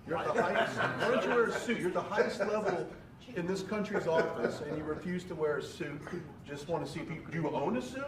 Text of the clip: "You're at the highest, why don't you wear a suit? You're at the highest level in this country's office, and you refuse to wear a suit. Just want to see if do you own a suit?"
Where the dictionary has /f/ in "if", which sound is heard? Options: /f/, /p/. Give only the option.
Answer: /p/